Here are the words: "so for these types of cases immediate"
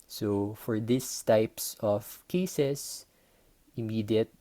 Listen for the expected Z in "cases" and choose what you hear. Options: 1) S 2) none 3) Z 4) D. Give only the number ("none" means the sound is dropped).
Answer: 1